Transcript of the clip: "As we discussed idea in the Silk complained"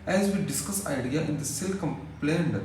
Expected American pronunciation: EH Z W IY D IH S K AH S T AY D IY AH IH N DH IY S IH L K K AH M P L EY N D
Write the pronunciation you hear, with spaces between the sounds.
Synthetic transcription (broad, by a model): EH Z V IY D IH S K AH S AY D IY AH IH N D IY S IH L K K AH M P L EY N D